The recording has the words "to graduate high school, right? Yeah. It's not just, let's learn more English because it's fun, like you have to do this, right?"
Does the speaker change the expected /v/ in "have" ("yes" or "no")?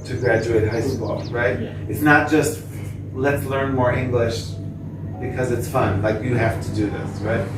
yes